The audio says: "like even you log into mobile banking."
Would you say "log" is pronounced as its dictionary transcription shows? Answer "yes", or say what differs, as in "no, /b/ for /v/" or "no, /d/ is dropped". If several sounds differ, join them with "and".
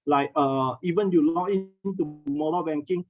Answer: no, /ɡ/ is dropped